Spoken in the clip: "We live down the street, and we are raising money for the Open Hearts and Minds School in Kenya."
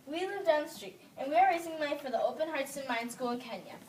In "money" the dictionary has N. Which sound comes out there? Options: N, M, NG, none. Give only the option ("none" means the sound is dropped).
none